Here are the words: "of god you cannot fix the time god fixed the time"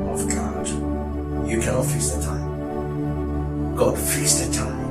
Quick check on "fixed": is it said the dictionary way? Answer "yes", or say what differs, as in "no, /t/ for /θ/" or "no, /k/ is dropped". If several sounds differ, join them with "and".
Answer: no, /k/ is dropped